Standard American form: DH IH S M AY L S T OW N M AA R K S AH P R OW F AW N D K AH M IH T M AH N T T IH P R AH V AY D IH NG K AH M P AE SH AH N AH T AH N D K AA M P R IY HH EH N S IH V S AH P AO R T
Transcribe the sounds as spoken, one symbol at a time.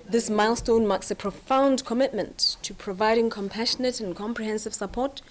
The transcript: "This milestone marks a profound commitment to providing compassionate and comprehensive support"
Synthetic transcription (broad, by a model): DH IH S M AY L S T OW N M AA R K S AH P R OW F AW N D K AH M IH T M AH N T T IH P R AH V AY D IH NG K AH M P AE SH AH N AH T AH N K AA M P R IY HH EH N S IH V S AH P AO R T